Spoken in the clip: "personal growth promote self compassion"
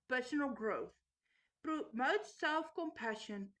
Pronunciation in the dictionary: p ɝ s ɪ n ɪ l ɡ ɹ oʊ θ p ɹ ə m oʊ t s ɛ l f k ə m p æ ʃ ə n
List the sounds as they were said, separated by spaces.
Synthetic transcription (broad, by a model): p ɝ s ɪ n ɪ l ɡ ɹ oʊ θ p ɹ ə m oʊ t s ɛ l f k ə m p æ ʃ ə n